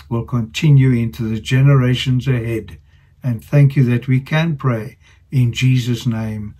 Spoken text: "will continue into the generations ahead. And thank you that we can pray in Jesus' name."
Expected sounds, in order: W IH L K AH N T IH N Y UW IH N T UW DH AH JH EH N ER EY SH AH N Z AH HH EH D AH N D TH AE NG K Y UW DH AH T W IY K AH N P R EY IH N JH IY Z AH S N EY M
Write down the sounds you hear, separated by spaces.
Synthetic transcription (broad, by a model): W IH L K AH N T IH N Y UW IH N T UW DH AH JH EH N ER EY SH AH N Z AH HH EH D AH N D TH AE NG K Y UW DH AH T W IY K AH N P R EY IH N JH IY Z AH S N EY M